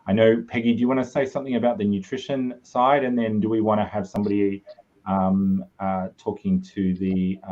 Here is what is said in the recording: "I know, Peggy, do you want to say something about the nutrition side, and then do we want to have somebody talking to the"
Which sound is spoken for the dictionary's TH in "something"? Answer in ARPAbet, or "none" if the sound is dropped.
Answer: TH